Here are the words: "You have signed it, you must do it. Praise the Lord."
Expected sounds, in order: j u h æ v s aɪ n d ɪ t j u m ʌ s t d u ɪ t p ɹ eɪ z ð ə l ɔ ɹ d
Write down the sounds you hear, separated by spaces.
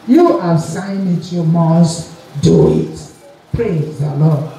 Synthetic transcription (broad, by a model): j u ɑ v s aɪ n ɪ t j u m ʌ s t d u ɪ t p ɹ eɪ z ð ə l ɔ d